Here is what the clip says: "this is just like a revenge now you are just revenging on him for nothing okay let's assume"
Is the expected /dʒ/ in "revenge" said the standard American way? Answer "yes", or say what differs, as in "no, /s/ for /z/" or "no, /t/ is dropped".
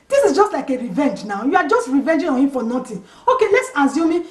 yes